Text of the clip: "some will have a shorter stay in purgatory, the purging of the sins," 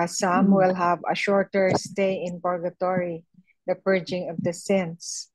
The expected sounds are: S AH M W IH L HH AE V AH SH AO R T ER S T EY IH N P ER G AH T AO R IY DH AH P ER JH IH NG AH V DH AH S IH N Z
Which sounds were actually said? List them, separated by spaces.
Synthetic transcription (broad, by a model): S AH M W IH L HH AE V AH SH AO R T ER S T EY IH N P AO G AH T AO R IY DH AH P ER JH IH NG AH V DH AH S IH N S